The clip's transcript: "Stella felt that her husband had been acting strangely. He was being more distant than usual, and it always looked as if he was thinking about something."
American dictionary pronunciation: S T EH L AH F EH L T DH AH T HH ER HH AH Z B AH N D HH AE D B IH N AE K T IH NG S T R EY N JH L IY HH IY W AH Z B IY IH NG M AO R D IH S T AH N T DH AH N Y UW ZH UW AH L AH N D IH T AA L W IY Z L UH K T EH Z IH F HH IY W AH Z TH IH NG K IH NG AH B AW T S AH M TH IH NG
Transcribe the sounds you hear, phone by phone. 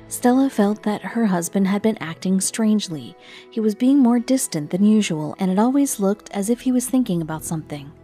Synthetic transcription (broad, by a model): S T EH L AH F EH L T DH AH T HH ER HH AH Z B AH N D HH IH D B IH N AE K T IH NG S T R EY N JH L IY HH IY W AH Z B IY IH NG M AO R D IH S T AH N DH AH N Y UW ZH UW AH L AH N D IH T AA L W IY Z L UH K T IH Z IH F HH IY W AH Z TH IH NG K IH NG AH B AW T S AH M TH IH NG